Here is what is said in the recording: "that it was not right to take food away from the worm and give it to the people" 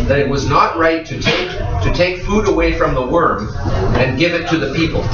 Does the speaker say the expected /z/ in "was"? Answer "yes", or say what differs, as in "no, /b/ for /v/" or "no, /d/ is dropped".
yes